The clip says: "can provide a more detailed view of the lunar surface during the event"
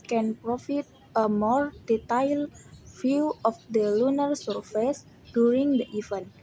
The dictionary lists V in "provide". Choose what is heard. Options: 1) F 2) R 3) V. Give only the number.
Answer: 1